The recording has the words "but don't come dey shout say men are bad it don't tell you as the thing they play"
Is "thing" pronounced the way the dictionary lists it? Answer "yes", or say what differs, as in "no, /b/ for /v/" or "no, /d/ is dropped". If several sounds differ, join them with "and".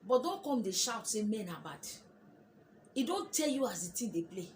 no, /t/ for /θ/